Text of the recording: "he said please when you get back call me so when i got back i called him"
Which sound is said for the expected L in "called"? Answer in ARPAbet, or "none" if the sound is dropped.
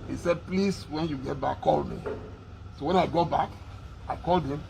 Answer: L